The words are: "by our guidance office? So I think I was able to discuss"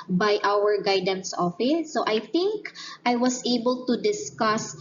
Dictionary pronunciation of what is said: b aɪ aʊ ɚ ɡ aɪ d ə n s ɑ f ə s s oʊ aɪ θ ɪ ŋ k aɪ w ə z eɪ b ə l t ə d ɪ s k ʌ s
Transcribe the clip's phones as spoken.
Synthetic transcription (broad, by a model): b aɪ aʊ ɚ ɡ aɪ d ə n s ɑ f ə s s oʊ aɪ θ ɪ ŋ k aɪ w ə s eɪ b ə l t ə d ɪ s k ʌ s